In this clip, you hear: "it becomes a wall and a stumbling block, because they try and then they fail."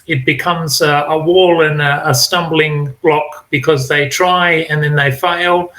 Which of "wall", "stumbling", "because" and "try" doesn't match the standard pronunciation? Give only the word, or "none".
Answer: none